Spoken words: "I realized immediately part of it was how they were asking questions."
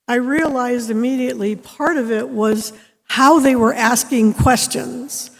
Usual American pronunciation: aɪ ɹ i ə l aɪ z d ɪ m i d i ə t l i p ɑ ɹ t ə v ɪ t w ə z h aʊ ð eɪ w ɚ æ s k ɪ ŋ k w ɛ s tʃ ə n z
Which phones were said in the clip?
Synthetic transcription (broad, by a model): aɪ ɹ i ə l aɪ z d ɪ m i d i ə t l i p ɑ ɹ t ə v ɪ t w ə z h aʊ ð eɪ w ɚ æ s k ɪ ŋ k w ɛ s tʃ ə n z